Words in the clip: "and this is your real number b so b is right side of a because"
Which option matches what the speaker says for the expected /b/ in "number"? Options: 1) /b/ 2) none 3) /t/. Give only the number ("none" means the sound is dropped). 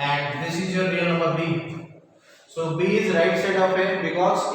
2